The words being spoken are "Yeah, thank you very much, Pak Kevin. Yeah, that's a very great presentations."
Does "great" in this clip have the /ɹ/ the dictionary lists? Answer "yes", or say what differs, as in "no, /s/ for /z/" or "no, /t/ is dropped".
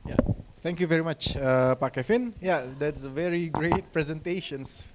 yes